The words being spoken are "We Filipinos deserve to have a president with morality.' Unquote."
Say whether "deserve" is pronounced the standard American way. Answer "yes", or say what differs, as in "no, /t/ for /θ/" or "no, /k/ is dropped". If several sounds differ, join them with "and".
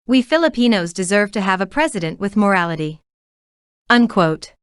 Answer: yes